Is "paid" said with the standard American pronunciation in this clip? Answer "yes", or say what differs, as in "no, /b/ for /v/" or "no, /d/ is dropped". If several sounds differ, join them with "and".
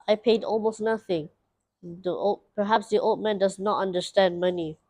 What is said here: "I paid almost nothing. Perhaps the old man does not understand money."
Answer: yes